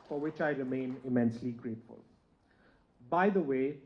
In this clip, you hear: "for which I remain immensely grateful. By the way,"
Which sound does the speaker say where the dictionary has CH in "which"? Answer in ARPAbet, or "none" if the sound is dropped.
CH